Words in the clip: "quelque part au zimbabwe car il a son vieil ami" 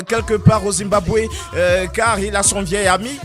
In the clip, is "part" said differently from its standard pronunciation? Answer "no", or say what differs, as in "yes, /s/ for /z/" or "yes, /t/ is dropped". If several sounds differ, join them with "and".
yes, /t/ is dropped